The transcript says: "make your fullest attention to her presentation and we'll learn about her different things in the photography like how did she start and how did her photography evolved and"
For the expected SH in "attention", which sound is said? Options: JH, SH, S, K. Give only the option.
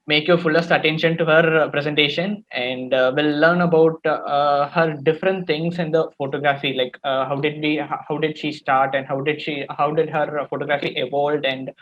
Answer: SH